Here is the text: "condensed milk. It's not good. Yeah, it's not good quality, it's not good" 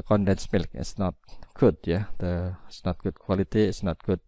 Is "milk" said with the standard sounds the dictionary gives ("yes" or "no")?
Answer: yes